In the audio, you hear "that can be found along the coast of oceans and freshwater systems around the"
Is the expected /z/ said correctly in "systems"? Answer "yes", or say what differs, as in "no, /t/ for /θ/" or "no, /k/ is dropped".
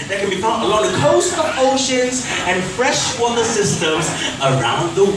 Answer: yes